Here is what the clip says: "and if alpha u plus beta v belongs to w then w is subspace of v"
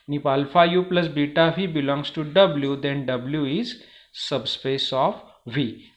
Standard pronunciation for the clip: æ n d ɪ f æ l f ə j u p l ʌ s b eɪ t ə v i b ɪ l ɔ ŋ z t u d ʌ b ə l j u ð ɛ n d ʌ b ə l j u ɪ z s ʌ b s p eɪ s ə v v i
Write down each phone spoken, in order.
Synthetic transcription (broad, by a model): n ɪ p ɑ l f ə j u p l ʌ s b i t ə v i b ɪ l ɔ ŋ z t u d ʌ b l j u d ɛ n d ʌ b l j u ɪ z s ʌ b s p eɪ s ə f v i